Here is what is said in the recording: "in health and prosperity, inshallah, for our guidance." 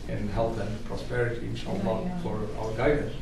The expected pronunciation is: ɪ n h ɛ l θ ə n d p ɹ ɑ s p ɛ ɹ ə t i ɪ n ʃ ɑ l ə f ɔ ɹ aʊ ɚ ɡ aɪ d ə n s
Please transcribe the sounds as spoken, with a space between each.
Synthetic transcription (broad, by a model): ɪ n h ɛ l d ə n p ɹ ɑ s p ɛ ɹ ə t i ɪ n s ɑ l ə f ɔ ɹ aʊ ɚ ɡ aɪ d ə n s